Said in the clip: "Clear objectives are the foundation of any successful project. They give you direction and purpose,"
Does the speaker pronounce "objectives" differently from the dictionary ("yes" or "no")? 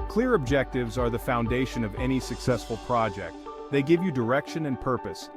no